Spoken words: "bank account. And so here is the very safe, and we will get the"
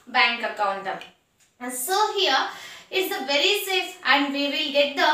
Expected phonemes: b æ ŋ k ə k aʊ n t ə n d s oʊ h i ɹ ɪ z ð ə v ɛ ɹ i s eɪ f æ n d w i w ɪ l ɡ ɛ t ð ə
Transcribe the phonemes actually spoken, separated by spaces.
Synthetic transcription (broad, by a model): b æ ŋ k ə k aʊ n t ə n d s oʊ h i ɹ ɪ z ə v ɛ ɹ i s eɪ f æ n d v i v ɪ l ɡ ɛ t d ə